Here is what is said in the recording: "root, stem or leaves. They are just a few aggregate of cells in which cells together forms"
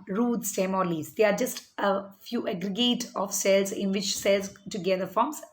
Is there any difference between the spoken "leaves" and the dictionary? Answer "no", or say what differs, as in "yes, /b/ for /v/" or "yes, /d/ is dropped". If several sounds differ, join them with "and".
yes, /v/ is dropped